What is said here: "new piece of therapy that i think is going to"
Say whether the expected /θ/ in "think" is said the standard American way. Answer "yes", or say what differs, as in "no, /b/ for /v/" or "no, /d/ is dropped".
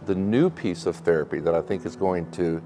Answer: yes